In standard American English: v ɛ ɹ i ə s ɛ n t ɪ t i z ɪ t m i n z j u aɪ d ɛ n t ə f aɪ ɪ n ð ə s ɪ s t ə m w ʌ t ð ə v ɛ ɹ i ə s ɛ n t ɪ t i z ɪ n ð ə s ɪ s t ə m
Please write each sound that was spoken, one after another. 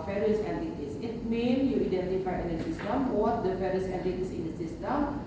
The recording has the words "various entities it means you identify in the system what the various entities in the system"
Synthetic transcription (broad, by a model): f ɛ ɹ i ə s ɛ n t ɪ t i s ɪ t m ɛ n j u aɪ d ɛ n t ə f aɪ ɪ n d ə s ɪ s t ə m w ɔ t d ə f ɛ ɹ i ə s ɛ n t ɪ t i s ɪ n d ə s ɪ s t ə m